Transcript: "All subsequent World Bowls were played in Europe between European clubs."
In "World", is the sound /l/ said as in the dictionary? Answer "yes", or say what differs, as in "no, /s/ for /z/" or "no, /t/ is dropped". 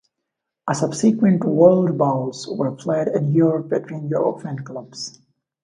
yes